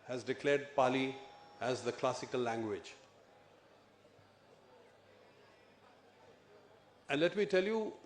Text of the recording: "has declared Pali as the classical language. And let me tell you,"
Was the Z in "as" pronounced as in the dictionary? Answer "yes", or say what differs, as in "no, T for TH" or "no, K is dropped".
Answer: yes